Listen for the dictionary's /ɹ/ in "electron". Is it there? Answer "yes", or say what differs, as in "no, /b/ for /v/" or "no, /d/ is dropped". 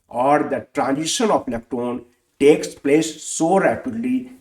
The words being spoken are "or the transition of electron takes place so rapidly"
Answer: no, /ɹ/ is dropped